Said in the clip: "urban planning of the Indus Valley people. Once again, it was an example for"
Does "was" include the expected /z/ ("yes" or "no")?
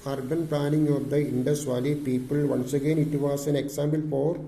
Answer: no